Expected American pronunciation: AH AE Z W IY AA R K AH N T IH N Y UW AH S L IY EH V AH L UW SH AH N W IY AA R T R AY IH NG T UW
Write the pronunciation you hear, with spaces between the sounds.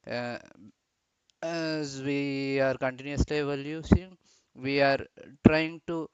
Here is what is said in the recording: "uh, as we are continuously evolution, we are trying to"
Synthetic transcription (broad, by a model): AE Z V IY AA R K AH N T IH N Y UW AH S L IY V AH L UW S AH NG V IY AA R T R AY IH NG T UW